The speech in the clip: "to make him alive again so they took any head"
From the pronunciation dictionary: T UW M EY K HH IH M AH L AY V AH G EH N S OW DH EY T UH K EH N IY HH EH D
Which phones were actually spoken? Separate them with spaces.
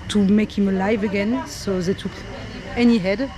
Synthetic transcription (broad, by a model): T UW M EY K HH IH M AH L AY V AH G EH N S OW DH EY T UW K EH N IY HH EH D